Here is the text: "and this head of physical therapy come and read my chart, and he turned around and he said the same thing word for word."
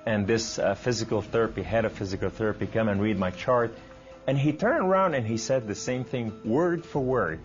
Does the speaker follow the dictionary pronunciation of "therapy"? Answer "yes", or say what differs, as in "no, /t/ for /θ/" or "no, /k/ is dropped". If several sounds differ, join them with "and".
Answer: yes